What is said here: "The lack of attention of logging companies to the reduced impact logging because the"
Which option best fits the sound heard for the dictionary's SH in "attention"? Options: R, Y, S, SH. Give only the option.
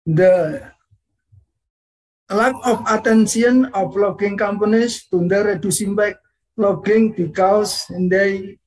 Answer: S